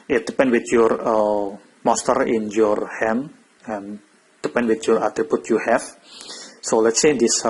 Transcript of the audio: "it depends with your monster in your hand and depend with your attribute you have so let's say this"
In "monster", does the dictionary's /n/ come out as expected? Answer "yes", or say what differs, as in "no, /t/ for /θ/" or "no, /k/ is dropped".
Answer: no, /n/ is dropped